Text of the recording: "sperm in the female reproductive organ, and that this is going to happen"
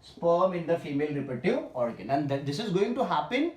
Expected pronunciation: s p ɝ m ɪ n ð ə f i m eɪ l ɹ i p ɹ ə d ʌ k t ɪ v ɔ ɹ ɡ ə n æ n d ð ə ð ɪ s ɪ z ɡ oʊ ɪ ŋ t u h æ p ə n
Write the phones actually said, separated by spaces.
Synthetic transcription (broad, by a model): s p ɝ m ɪ n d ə f i m eɪ l ɹ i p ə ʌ t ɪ ɔ ɹ ɡ ə n æ n d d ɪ s ɪ z ɡ oʊ ɪ ŋ t u h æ p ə n